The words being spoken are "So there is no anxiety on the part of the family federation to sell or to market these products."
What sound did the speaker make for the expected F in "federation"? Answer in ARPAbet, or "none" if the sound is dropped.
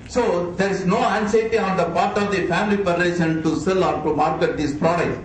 P